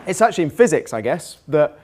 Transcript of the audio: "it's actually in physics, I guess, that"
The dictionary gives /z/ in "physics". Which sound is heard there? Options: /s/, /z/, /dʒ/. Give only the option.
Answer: /z/